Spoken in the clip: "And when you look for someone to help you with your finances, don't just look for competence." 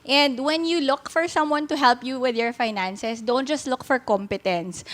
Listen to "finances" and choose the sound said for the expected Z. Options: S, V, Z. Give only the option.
S